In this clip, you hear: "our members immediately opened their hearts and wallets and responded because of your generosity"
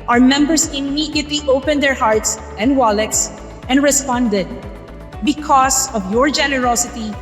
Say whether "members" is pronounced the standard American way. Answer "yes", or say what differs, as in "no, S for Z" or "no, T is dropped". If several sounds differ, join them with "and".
no, S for Z